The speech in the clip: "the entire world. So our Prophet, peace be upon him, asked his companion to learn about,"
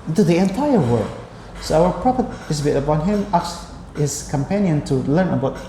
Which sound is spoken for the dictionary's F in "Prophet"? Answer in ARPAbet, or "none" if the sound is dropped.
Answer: P